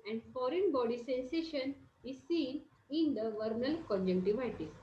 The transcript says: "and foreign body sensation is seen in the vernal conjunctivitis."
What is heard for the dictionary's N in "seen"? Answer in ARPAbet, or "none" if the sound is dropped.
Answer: N